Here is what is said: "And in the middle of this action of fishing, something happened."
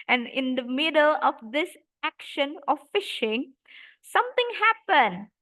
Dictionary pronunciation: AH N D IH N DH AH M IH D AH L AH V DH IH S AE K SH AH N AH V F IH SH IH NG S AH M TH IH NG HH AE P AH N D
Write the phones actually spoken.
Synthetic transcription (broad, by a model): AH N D IH N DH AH M IH D AH L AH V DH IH S AE K SH AH N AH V F IH SH IH NG S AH M T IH NG HH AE P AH N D